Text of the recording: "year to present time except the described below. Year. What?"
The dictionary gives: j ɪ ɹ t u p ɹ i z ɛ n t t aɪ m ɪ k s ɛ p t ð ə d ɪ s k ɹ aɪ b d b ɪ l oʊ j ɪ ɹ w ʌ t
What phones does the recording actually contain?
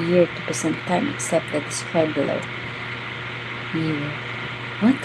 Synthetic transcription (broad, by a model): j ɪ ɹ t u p i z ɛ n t t aɪ m ɪ k s ɛ p t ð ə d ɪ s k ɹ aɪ d b ɪ l oʊ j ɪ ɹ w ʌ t